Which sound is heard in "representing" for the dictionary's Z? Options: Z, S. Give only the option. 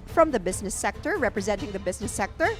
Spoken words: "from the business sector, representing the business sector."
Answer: Z